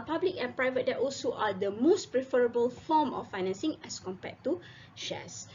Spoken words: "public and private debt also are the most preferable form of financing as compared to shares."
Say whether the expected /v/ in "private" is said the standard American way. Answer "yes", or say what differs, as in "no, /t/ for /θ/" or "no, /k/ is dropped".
yes